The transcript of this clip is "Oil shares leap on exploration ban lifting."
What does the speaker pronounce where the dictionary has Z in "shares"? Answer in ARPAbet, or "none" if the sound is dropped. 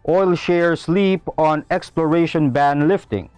S